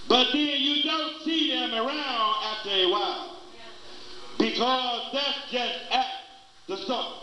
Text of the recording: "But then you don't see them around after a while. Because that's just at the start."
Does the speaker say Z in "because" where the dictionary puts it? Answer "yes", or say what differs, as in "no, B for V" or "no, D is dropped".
yes